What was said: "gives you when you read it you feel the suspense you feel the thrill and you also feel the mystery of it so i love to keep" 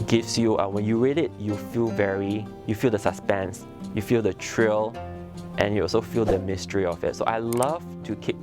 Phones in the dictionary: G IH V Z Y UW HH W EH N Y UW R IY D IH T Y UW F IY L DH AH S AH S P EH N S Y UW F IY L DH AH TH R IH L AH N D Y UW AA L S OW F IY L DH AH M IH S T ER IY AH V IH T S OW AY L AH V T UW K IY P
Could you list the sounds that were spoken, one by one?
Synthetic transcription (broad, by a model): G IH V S Y UW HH W EH N Y UW R IY D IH T Y UW F IY L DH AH S AH S P EH N S Y UW F IY L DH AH T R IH L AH N Y UW AA L S OW F IY L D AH M IH S T ER IY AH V IH T S OW AY L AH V T UW K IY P